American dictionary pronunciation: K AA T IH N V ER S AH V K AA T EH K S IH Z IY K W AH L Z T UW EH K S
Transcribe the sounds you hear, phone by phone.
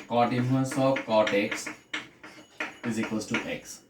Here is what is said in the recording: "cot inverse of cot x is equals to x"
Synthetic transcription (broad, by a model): K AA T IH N ER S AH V K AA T EH K S IH Z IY K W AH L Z T UW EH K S